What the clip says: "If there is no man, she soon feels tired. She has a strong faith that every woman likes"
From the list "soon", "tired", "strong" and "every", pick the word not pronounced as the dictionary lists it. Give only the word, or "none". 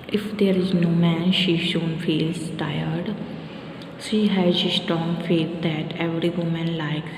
soon